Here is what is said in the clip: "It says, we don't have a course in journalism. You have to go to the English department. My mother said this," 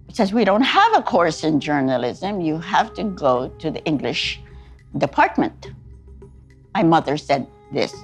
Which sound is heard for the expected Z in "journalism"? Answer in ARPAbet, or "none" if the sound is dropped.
Z